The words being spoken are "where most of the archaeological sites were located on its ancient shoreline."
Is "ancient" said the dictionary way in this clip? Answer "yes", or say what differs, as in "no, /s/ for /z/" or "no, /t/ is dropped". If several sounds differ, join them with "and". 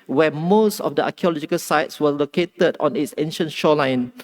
yes